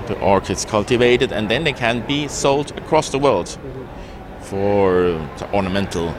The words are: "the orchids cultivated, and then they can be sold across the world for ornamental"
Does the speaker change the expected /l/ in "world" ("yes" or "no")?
no